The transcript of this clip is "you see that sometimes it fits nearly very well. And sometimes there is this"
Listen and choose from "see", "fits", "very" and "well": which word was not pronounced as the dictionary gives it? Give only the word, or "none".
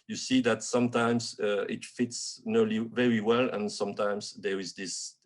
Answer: none